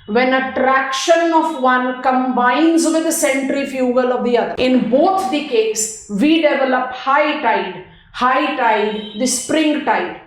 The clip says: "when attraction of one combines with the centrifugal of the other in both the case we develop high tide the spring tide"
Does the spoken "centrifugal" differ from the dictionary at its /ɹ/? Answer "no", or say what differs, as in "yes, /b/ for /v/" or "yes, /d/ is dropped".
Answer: no